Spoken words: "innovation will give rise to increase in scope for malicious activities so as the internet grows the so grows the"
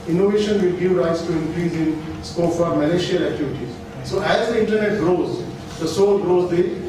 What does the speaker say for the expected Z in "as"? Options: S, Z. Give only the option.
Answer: Z